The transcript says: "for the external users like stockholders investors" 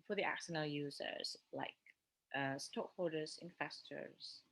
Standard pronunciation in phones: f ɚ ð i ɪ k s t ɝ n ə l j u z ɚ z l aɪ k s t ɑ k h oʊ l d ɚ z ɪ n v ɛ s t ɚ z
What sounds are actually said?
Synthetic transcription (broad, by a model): f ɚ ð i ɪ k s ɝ n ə l j u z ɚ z l aɪ k s t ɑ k h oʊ d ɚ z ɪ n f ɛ s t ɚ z